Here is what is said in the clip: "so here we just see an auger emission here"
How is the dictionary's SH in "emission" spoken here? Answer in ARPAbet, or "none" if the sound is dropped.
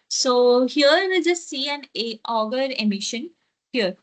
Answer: SH